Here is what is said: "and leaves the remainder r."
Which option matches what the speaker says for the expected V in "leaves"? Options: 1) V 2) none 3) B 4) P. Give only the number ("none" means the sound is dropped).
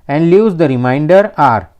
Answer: 2